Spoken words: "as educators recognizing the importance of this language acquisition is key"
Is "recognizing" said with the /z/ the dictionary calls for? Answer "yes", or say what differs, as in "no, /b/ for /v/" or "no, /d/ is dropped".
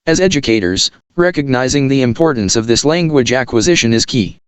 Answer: yes